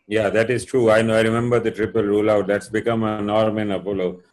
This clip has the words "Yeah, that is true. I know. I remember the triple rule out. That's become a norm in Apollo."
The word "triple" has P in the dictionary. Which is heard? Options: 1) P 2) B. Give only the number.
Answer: 1